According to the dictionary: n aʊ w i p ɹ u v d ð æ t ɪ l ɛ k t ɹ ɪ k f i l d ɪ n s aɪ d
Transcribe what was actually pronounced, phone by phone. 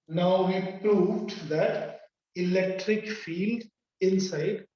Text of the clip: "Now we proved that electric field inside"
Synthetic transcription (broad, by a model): n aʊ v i p ɹ u v d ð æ t ɪ l ɛ k t ɹ ɪ k f i l d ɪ n s aɪ d